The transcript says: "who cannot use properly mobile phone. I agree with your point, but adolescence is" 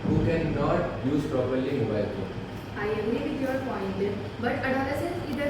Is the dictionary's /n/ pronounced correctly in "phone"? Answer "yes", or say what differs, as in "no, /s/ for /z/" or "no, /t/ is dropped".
no, /n/ is dropped